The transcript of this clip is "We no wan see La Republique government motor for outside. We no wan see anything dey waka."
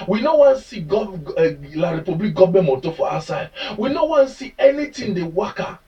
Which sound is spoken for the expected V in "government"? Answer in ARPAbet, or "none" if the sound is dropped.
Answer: B